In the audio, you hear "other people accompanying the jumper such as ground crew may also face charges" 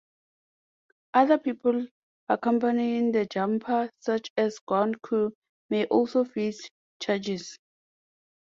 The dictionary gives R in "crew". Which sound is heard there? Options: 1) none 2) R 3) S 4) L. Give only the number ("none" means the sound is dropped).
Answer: 1